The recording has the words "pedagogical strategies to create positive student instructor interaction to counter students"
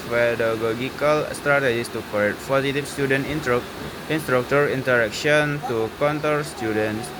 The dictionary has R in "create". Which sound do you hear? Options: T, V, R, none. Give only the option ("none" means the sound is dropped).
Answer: none